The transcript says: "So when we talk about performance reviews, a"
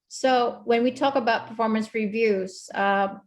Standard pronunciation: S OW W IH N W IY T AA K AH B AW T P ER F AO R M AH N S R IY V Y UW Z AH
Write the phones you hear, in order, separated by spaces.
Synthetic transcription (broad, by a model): S OW W IH N W IY T AA K AH B AW T P ER F AO R M AH N S R IY V Y UW Z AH